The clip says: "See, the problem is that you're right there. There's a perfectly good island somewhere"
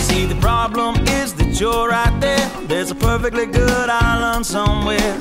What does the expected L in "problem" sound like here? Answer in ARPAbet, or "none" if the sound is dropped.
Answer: L